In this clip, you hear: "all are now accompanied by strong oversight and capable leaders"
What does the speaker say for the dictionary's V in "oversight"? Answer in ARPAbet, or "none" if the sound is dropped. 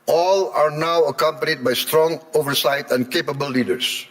V